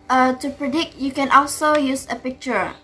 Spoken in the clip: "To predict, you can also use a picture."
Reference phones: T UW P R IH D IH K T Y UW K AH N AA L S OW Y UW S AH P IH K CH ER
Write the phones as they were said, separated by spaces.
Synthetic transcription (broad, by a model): T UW P R IH D IH K T Y UW K AH N AA L S OW Y UW S AH P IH K CH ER